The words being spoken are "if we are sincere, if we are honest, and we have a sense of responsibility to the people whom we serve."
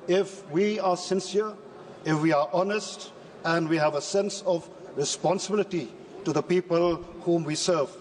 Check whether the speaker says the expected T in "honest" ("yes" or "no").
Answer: yes